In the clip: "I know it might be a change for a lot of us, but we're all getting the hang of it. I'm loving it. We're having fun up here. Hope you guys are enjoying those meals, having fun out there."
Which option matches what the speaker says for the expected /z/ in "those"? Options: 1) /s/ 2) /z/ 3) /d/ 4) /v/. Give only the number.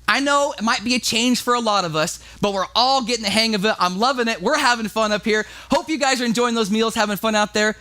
2